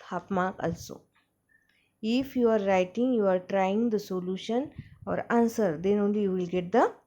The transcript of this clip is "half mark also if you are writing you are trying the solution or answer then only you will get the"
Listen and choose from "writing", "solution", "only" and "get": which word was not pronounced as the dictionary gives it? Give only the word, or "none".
none